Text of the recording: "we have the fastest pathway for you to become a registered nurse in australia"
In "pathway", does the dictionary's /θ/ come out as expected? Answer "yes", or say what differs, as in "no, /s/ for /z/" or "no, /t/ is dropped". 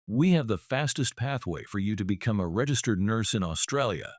yes